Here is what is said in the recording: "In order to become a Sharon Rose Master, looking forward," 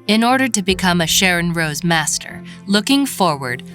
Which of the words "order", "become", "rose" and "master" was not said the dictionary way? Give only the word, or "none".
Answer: none